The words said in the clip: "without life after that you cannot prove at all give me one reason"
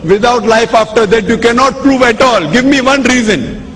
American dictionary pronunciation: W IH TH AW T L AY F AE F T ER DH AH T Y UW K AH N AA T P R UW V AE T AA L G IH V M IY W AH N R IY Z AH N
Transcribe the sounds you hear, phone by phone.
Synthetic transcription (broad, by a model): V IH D AW T L AY F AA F T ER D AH T Y UW K AH N AA T P R UW V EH T AA L G IH V M IY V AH N R IY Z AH N